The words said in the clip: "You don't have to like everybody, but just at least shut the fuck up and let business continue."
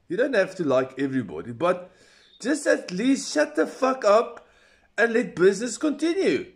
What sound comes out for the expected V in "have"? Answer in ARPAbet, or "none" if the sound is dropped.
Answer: F